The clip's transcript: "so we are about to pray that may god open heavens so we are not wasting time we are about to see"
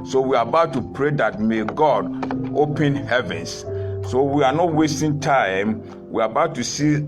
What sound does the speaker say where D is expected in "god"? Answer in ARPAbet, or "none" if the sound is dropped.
D